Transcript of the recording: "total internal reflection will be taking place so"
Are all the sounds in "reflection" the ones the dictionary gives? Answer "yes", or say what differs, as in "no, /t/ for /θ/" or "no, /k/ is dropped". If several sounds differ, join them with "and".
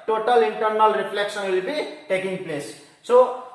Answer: no, /p/ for /f/ and /s/ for /ʃ/